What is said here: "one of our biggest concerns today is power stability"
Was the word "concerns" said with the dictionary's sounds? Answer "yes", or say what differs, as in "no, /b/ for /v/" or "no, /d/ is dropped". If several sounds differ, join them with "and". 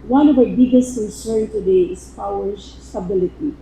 no, /n/ is dropped and /z/ is dropped